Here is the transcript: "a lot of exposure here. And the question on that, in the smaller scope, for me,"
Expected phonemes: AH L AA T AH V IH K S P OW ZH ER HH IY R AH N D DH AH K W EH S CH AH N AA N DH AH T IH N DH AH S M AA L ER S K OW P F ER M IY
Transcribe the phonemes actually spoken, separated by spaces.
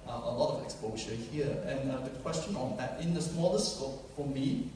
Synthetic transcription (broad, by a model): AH L AA T AH V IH K S P OW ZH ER HH IY R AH N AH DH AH K W EH S CH AH N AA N DH AH T IH N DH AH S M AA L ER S OW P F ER M IY